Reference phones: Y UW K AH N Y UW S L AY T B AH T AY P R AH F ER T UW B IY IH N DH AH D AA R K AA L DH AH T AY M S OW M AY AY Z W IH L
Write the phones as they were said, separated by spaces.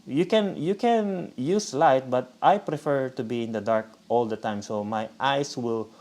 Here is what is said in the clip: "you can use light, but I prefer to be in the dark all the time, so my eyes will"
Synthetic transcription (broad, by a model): Y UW K AH N Y UW S L AY T B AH T AY P R AH F ER T UW B IY IH N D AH D AA R K AA L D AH T AY M S OW M AY AY S W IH L